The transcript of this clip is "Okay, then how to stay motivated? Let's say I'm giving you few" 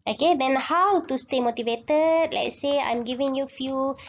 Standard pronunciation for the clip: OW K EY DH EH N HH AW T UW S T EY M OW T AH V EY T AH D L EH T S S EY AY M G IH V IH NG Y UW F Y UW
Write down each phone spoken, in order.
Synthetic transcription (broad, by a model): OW K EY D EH N HH AW T UW S T EY M OW T AH V EY T AH D L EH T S S EY AY M G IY V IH NG Y UW F Y UW